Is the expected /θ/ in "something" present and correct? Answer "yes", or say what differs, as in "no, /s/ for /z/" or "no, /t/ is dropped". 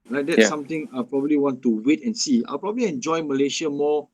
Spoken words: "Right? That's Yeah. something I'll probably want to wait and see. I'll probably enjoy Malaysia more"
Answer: no, /t/ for /θ/